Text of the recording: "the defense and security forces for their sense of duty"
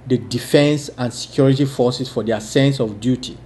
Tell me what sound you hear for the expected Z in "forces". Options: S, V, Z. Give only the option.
S